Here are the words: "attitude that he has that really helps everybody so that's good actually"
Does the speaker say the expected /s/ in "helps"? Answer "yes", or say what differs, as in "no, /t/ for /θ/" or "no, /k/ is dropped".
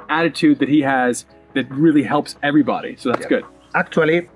yes